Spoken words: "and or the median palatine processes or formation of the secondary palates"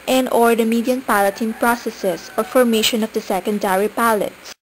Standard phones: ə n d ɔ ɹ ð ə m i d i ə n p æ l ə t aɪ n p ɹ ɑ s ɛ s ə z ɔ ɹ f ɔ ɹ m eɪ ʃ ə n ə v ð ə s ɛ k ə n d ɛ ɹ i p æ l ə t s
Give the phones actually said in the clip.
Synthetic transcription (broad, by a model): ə n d ɔ ɹ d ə m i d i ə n p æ l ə t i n p ɹ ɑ s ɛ s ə s ɔ ɹ f ɔ ɹ m eɪ ʃ ə n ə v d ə s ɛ k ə n d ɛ ɹ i p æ l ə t s